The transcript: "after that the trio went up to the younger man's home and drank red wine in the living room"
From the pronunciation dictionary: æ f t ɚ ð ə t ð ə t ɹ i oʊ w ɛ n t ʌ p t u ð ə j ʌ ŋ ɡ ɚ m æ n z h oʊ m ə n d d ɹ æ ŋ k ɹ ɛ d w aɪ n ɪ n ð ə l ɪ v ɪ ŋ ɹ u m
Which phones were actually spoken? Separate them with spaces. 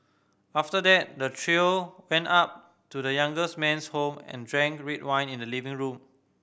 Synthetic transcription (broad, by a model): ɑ f t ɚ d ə t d ə t ɹ i oʊ w ɛ n t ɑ p t u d ə j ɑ ŋ ɡ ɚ m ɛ n s h oʊ m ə n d d ɹ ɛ ŋ k ɹ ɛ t w aɪ n ɪ n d ə l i v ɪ ŋ ɹ u m